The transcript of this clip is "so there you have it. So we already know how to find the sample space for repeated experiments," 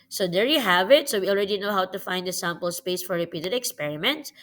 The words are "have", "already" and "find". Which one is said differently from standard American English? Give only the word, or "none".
none